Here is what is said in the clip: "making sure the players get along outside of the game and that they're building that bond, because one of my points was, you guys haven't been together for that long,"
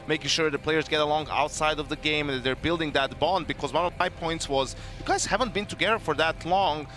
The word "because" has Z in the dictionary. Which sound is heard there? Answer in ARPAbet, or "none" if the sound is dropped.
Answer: Z